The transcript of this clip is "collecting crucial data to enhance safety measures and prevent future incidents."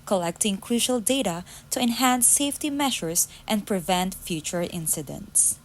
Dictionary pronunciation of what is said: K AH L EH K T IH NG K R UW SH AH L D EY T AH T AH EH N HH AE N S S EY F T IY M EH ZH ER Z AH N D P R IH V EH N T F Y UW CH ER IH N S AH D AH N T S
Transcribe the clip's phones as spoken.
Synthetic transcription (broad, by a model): K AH L EH K T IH NG K R UW SH AH L D EY T AH T AH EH N HH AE N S S EY F T IY M EH SH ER S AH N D P R IH V EH N T F Y UW CH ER IH N S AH D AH N T S